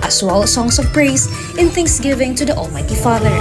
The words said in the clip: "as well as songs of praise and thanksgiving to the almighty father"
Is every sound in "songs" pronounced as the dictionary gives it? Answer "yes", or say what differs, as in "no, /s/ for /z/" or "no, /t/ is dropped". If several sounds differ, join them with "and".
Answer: no, /s/ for /z/